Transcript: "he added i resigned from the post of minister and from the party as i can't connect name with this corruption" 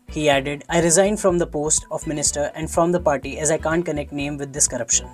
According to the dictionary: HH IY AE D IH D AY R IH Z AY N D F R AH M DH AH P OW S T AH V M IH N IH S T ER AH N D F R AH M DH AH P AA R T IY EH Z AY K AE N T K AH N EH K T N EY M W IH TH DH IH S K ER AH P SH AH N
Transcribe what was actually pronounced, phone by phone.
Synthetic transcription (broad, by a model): HH IY AE D IH D AY R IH Z AY N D F R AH M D AH P OW S T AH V M IH N IH S T ER AH N D F R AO M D AH P AA R T IY EH Z AY K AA N T K AH N EH K T N EY M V IH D IH S K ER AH P SH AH N